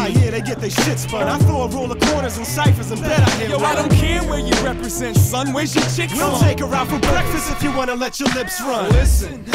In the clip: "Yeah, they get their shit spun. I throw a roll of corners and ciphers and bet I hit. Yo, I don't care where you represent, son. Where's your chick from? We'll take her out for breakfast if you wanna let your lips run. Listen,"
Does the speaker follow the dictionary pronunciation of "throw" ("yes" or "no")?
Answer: no